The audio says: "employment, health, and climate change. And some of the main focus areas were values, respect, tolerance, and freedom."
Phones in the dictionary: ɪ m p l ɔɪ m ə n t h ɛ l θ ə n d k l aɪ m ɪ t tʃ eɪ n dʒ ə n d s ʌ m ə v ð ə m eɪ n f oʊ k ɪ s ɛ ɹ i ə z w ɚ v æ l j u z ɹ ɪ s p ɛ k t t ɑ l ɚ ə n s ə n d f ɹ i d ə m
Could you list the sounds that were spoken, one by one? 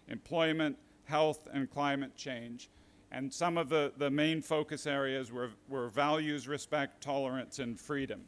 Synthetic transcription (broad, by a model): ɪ m p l ɔɪ m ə n t h ɛ l θ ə n k l aɪ m ɪ t tʃ eɪ n dʒ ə n s ʌ m ə v ð ə m eɪ n f oʊ k ɪ s ɛ ɹ i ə z w ɚ v æ l j u z ɹ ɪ s p ɛ k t t ɑ l ɚ ə n s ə n f ɹ i d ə m